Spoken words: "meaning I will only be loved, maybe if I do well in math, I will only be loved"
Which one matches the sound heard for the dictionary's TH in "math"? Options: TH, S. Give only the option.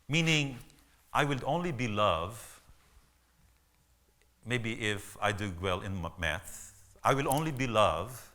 S